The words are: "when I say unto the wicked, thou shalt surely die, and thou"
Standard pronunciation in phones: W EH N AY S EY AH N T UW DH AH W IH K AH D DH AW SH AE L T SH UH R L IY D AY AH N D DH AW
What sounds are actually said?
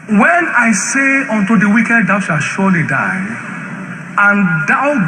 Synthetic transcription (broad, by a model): W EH N AY S EY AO N T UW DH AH W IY K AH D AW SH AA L SH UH L IY D AY AH N D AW